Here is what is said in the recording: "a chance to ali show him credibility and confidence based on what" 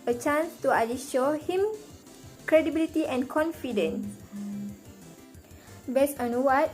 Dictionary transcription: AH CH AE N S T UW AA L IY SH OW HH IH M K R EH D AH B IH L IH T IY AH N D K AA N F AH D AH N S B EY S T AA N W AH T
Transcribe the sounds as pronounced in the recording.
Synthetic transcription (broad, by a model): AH CH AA N S T UW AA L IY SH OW HH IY M K R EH D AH B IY L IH T IY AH N K AA N F AH D AH N S B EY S AA N W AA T